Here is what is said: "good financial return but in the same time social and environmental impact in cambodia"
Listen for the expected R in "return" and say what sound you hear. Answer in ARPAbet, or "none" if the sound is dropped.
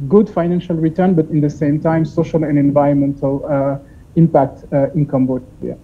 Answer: R